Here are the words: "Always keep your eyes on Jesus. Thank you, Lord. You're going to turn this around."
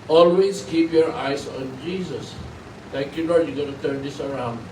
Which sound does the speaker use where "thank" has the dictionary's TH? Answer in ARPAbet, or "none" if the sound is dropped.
T